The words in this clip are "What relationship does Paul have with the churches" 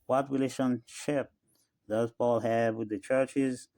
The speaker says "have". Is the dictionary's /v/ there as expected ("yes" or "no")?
yes